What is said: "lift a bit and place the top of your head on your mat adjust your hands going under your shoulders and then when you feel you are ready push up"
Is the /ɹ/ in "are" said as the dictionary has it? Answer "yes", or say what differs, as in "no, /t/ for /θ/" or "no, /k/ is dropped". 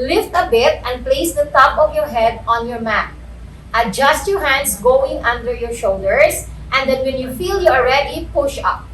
no, /l/ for /ɹ/